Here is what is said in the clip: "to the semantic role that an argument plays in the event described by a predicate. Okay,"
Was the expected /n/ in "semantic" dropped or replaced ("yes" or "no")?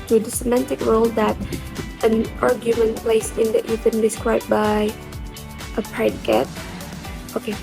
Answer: no